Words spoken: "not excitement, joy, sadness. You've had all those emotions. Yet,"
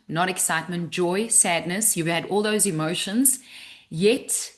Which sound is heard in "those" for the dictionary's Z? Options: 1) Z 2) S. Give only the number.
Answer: 1